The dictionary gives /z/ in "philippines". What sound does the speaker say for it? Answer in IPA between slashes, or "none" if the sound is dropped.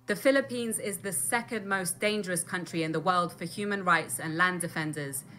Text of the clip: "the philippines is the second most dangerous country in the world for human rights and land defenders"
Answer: /z/